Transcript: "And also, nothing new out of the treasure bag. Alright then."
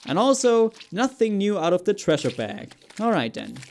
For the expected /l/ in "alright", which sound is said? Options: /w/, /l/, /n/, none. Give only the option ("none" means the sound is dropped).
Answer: /l/